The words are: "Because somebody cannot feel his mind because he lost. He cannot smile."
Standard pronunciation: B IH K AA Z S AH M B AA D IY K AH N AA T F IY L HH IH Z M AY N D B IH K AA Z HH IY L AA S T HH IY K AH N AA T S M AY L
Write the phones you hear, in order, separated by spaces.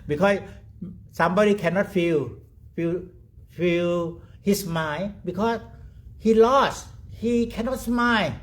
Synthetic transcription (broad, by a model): B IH K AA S S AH M B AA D IY K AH N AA T F IY L HH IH S M AY B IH K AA S HH IY L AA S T HH IY K AH N AA T S M AY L